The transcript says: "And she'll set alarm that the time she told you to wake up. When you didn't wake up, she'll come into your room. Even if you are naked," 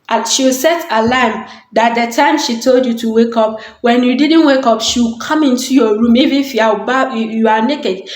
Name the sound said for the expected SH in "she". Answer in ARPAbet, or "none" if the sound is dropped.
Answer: SH